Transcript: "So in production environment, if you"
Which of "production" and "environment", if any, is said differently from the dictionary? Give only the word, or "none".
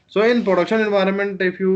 none